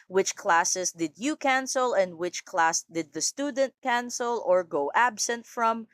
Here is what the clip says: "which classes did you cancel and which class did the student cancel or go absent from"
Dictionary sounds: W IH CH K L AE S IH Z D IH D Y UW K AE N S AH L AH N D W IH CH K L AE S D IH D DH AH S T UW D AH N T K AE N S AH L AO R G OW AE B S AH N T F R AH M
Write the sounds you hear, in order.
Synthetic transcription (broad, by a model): W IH CH K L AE S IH S D IH D Y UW K AE N S AH L AH N D W IH CH K L AE S D IH D DH AH S T UW D AH N T K AE N S AH L AO R G OW AE B S AH N T F R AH M